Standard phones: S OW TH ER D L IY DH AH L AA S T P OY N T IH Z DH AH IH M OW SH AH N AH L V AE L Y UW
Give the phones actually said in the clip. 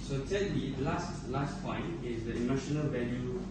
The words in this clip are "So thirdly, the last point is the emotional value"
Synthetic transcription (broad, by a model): S OW S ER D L IY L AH L AA S T P OY N T IH Z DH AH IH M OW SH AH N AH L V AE L Y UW